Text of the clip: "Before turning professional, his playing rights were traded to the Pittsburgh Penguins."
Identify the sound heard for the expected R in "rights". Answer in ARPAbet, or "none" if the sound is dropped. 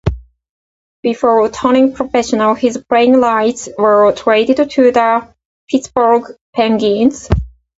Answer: L